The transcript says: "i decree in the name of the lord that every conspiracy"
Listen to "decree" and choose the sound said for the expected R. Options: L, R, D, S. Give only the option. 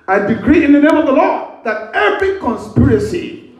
R